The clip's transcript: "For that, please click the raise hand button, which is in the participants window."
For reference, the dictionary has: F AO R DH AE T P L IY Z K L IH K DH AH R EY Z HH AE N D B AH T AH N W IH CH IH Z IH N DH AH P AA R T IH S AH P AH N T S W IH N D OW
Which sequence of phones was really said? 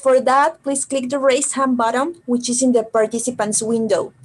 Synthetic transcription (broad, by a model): F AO R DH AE T P L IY S K L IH K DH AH R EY S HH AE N B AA T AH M W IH CH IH S IH N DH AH P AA R T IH S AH P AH N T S W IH N D OW